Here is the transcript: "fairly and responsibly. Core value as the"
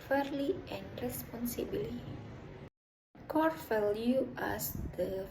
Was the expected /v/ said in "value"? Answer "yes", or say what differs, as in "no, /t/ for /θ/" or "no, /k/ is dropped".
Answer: no, /f/ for /v/